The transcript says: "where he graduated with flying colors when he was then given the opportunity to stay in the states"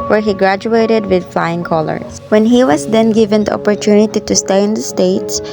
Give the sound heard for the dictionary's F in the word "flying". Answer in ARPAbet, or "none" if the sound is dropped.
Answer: F